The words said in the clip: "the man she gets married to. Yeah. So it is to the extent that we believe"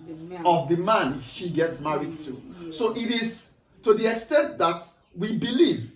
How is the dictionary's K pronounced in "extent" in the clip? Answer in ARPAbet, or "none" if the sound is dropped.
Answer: K